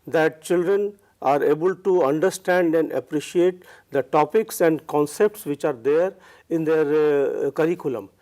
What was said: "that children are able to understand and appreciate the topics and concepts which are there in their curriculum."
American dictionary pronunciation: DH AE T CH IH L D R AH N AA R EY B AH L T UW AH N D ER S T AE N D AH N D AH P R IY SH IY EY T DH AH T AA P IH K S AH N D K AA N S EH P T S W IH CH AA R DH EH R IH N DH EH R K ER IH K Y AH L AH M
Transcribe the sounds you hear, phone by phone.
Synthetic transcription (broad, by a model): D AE T CH IH L D R AH N AA R EY B AH L T UW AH N D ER S T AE N D AH N D AH P R IY SH IY EY T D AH T AA P IH K S AH N D K AA N S EH P T S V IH CH AA R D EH R IH N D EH R K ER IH K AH L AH M